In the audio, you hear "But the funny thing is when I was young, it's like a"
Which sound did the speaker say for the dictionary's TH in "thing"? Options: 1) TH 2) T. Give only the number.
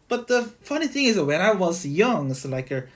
1